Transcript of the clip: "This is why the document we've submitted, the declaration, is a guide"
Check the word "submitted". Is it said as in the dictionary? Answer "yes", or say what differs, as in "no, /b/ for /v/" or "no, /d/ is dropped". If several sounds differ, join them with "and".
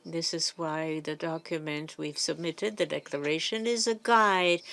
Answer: yes